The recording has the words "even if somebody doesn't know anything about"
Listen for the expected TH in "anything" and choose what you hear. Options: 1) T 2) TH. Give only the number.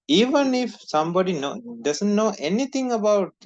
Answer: 1